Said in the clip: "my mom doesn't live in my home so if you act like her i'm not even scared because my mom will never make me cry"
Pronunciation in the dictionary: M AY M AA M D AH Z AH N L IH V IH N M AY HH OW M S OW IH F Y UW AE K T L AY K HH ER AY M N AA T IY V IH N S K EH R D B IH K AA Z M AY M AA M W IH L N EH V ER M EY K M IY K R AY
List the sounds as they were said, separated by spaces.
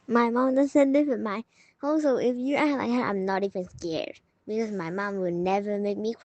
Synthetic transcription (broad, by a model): M AY M AA M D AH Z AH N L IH W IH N M AY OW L S OW IH F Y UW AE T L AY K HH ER AY M N AA T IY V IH N S K EH R D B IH K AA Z M AY M AA M W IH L N EH V ER M EY K M IY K